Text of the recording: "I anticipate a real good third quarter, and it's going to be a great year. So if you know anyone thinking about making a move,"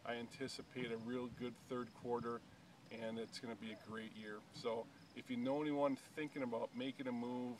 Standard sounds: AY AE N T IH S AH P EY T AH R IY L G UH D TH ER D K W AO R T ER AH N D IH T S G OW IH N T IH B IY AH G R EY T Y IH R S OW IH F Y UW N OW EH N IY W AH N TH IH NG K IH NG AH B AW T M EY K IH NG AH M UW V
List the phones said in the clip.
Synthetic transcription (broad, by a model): AY AE N T IH S AH P EY T AH R IY L G UH D TH ER D K W AO R T ER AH N IH T S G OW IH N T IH B IY AH G R EY T Y IH R S OW IH F Y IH N OW EH N IY W AH N TH IH NG K IH NG AH B AW T M EY K IH NG AH M UW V